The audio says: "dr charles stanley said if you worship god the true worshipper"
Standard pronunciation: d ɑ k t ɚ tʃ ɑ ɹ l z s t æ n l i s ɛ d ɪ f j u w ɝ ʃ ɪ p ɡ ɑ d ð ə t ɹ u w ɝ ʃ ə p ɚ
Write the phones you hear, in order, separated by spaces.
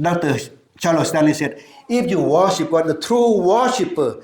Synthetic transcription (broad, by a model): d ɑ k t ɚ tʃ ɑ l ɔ s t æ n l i s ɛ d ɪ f j u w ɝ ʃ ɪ p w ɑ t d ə t ɹ u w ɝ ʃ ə p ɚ